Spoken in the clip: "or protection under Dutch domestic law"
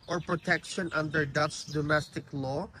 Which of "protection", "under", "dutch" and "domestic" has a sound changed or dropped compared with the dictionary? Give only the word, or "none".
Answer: dutch